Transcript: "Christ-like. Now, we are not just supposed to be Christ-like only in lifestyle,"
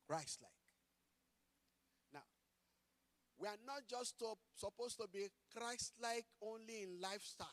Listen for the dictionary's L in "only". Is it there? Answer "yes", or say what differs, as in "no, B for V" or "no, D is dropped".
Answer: yes